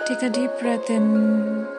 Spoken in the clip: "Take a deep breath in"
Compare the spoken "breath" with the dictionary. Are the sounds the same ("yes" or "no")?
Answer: no